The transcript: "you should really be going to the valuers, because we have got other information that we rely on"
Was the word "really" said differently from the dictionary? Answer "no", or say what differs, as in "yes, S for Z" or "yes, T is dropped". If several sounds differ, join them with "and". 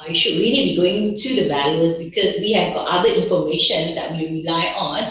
yes, N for L